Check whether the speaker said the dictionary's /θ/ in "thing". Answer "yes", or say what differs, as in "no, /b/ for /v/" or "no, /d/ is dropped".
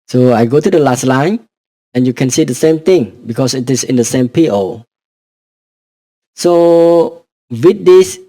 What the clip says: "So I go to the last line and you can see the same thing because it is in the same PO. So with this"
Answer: no, /t/ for /θ/